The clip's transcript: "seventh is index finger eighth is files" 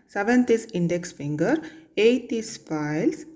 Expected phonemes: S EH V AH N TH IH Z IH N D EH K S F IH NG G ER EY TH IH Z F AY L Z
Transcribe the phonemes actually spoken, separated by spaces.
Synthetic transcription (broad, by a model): S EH V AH N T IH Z IH N D EH K S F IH NG G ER EY T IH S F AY L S